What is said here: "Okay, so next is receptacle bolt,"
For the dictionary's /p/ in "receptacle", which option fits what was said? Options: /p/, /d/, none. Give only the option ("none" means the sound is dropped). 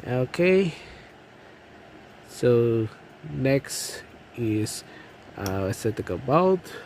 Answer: none